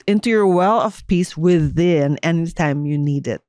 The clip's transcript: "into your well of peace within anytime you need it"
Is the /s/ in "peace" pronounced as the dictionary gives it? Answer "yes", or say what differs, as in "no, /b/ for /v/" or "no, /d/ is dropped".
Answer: yes